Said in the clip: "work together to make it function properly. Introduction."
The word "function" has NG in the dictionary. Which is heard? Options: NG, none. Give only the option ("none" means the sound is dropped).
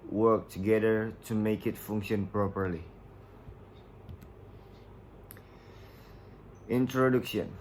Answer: NG